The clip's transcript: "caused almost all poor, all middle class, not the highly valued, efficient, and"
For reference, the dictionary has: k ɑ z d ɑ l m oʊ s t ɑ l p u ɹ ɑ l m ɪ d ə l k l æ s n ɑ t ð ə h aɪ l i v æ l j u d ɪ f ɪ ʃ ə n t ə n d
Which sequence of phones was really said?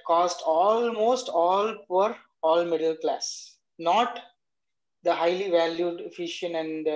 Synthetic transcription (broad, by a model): k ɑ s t ɑ l m oʊ s t ɑ l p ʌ ɹ ɑ l m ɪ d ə l k l æ s n ɑ t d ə h aɪ l i v æ l j u d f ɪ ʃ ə n ə n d